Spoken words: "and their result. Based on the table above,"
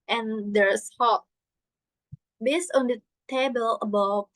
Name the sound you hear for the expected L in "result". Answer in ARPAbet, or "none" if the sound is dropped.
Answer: none